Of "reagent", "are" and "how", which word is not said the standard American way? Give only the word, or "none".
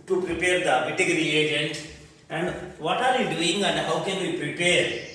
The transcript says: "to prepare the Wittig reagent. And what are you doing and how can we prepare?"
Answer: none